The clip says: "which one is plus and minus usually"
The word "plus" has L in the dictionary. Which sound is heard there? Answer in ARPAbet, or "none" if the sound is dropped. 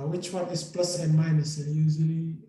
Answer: L